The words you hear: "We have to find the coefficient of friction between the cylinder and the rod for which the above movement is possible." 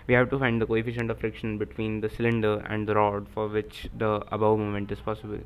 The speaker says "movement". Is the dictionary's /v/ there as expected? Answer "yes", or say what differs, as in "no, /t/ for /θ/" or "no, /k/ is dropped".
no, /v/ is dropped